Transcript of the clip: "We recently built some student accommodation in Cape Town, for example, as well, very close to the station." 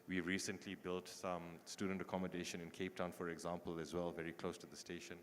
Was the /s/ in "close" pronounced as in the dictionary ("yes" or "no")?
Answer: yes